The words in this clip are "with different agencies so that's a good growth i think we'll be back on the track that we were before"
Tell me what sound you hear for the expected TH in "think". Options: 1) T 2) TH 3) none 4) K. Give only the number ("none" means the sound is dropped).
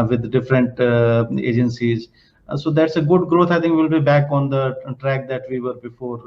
1